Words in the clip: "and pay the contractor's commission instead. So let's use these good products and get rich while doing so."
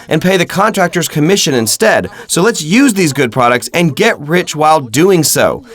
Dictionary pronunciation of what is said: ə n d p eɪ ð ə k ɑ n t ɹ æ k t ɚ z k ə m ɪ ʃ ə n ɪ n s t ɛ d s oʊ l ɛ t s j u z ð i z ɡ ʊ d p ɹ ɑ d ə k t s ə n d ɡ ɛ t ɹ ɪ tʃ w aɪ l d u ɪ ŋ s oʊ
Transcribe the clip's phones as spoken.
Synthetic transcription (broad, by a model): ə n p eɪ ð ə k ɑ n t ɹ æ k t ɚ z k ə m ɪ ʃ ə n ɪ n s t ɛ d s oʊ l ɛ t s j u z ð i z ɡ ʊ d p ɹ ɑ d ə k t s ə n ɡ ɛ t ɹ ɪ tʃ w aɪ l d u ɪ ŋ s oʊ